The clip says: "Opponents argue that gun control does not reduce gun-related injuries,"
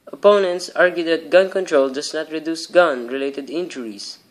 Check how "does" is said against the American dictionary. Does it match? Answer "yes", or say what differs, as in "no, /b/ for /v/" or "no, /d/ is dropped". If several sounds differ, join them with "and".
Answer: no, /s/ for /z/